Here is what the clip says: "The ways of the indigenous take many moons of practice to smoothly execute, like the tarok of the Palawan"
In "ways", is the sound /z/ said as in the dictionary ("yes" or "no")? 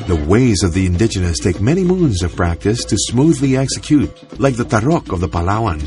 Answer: yes